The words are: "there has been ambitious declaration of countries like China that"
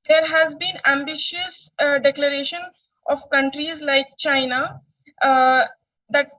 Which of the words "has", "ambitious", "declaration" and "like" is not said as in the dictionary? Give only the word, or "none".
none